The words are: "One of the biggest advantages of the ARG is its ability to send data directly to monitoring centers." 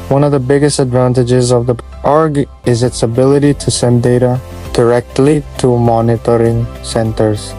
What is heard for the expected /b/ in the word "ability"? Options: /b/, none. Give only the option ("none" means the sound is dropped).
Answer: /b/